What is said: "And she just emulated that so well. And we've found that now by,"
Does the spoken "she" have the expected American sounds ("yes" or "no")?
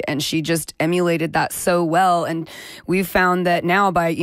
yes